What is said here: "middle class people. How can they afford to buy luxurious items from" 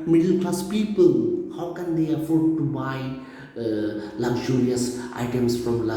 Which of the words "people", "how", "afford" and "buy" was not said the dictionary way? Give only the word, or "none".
none